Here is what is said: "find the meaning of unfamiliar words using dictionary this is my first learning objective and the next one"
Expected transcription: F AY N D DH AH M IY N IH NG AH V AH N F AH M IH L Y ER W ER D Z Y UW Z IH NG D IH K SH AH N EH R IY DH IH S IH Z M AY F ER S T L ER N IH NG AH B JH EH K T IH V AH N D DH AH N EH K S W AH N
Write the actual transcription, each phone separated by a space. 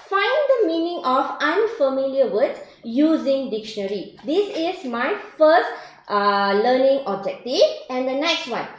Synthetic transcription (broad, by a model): F AY N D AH M IY N IH NG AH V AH N F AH M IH L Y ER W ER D Y UW Z IH NG D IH K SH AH N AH R IY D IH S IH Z M AY F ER S T L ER N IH NG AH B JH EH K T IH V AH N D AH N EH K S W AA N